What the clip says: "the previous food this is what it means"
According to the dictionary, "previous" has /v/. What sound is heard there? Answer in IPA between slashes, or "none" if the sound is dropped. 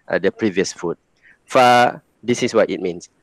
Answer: /v/